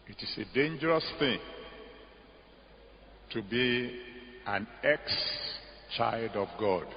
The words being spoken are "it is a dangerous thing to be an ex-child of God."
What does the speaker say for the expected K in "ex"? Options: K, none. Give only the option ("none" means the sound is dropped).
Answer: K